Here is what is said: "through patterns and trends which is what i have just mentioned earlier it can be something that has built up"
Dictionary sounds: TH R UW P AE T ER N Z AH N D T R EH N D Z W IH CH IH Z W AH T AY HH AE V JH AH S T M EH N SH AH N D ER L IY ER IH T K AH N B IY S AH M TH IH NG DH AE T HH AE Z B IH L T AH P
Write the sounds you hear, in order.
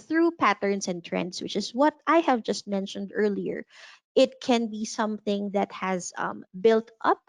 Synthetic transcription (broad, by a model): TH R UW P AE T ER N S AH N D T R EH N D S W IH CH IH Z W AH T AY HH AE V JH AH S T M EH N SH AH N D ER L IY ER IH T K AH N B IY S AH M TH IH NG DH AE T HH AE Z B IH L T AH P